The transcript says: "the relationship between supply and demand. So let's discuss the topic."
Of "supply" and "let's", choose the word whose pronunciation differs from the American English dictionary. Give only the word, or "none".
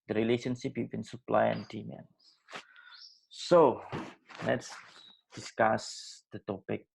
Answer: none